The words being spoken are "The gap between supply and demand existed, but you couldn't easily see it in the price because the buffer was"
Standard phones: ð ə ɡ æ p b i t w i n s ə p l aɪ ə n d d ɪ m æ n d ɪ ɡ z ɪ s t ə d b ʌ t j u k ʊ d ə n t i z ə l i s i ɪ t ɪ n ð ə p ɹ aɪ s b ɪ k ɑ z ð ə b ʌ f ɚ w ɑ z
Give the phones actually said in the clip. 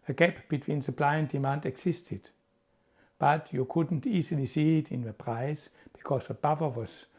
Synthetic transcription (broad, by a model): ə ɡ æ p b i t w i n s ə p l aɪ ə n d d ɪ m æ n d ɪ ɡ s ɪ s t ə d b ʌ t j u k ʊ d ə n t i s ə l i s i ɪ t ɪ n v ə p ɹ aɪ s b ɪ k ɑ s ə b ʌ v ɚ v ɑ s